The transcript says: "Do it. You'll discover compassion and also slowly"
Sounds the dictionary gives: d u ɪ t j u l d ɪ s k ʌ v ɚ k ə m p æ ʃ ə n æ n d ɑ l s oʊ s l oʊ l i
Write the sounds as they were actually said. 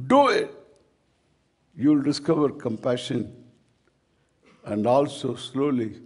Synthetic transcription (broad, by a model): d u ɪ t j u l d ɪ s k ʌ v ɚ k ə m p æ ʃ ə n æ n d ɑ l s oʊ s l oʊ l i